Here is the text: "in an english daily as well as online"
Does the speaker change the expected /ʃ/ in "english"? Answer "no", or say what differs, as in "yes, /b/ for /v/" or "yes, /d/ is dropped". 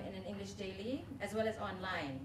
no